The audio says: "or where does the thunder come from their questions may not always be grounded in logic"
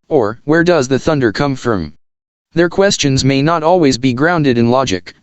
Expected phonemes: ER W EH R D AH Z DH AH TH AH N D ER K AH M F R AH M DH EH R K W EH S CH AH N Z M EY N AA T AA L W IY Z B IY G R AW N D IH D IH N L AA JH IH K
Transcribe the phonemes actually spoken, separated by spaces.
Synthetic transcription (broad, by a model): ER W EH R D AH Z DH AH TH AH N D ER K AH M F R AH M DH EH R K W EH S CH AH N Z M EY N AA T AA L W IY Z B IY G R AW N D IH D IH N L AA JH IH K